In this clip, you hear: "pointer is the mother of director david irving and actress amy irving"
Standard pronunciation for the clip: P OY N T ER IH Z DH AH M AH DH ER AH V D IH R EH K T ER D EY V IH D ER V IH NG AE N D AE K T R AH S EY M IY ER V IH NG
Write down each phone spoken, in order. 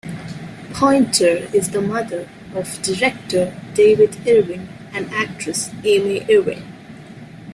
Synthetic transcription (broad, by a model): P OY N T ER IH Z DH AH M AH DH ER AH V D IH R EH K T ER D EY V IH D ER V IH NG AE N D AE K T R AH S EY M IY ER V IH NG